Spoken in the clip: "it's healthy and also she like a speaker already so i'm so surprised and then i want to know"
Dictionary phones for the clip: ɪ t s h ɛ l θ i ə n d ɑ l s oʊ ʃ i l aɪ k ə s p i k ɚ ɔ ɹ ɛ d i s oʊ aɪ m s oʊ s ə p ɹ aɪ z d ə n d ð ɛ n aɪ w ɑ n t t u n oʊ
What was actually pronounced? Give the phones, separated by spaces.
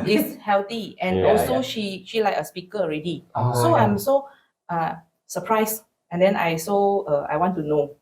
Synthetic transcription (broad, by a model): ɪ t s h ɛ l t i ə n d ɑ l s oʊ ʃ i l aɪ k ə s p i k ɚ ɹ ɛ d i s oʊ aɪ m s oʊ s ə p ɹ aɪ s ə n d ɛ n aɪ w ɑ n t t u n oʊ